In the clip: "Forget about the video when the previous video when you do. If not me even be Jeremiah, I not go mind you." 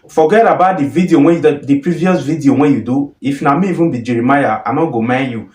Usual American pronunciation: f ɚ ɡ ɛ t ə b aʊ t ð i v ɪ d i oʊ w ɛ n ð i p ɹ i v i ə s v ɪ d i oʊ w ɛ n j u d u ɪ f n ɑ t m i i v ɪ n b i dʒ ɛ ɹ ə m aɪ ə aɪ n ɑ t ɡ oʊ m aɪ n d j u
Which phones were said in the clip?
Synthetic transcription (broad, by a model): f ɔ ɡ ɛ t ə b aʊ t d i v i d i oʊ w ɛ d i p ɹ i v i ə s v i d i oʊ w ɛ n j u d u ɪ f n ɑ m i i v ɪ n b i dʒ ɛ ɹ ə m aɪ ə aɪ n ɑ ɡ oʊ m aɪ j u